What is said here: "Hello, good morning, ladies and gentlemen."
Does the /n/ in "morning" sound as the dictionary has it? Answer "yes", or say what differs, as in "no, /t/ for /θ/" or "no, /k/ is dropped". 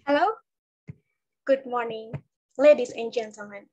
yes